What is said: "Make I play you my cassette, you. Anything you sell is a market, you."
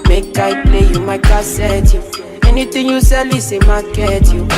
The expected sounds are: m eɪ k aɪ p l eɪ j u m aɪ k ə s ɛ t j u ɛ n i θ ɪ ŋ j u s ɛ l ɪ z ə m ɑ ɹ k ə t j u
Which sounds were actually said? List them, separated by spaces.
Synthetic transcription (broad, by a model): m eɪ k aɪ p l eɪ j u m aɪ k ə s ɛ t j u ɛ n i t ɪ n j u s ɛ l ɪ s ə m ɑ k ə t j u